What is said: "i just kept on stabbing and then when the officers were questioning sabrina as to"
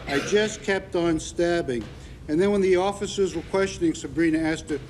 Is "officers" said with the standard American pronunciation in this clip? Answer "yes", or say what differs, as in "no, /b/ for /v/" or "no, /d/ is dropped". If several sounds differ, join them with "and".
yes